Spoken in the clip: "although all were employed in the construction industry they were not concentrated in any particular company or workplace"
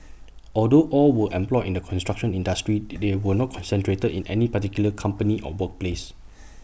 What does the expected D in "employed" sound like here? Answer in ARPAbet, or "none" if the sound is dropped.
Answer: none